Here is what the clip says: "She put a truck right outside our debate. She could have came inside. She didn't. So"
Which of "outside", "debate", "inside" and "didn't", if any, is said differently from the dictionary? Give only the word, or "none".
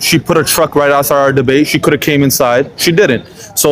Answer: outside